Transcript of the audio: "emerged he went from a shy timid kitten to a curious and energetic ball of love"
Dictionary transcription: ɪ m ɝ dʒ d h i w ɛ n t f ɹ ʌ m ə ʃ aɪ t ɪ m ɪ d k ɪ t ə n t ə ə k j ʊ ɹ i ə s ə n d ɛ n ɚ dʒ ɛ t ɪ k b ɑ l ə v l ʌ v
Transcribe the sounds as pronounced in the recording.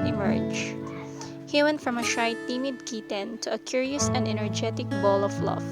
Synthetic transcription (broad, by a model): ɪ m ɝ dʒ h i w ɛ n t f ɹ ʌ m ə ʃ aɪ t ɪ m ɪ d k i t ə n t ə ə k j ʊ ɹ i ə s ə n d ɛ n ɚ dʒ ɛ t ɪ k b ɑ l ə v l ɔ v